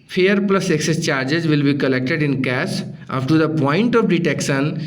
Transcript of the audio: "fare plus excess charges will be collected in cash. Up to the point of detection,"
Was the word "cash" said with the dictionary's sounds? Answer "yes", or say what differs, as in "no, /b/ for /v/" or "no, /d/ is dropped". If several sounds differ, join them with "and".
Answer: no, /s/ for /ʃ/